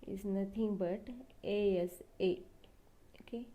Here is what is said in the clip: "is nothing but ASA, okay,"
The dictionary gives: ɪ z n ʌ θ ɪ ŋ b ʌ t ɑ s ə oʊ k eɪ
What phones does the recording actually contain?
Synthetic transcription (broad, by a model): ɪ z n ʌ t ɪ ŋ b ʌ t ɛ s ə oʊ k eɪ